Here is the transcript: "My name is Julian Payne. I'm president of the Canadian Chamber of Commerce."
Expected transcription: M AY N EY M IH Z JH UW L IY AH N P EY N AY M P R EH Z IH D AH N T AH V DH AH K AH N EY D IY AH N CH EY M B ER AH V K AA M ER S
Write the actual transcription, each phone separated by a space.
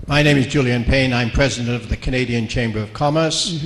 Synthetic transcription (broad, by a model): M AY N EY M IH Z JH UW L IY AH N P EY N AY M P R EH Z IH D AH N T AH V DH AH K AH N EY D IY AH N CH EY M B ER AH V K AA M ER S